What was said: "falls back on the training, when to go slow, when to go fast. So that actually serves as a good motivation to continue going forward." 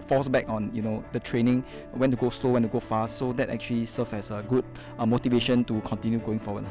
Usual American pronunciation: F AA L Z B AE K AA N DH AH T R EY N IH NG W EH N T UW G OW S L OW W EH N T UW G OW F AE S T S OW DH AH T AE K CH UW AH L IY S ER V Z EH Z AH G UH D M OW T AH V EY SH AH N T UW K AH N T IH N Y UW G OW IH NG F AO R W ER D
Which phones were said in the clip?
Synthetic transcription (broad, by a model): F AA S B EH K AA N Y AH T R EY N IH NG W EH N T UW G OW S L OW W EH N T UW G OW F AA S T S OW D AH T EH K CH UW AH L IY S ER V EH S AH G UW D M OW T AH V EY SH AH N T UW K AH N T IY N Y UW G OW IH NG F AO W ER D